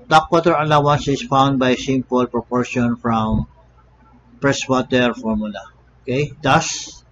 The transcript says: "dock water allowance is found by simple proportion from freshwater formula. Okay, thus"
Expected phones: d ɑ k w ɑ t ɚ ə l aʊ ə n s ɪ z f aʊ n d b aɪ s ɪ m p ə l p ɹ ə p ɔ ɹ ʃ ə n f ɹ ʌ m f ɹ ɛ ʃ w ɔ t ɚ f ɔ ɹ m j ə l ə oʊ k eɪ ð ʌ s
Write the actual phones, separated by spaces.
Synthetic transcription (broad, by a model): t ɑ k w ɑ t ɚ ə l aʊ ə n s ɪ s f aʊ n d b aɪ s ɪ m p ə l p ɹ ə p ɔ ɹ ʃ ə n f ɹ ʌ m p ɹ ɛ s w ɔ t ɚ f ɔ ɹ m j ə l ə oʊ k eɪ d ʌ s